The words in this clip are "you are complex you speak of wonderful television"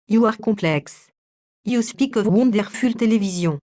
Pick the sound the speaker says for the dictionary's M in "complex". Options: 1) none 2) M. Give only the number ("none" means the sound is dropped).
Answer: 1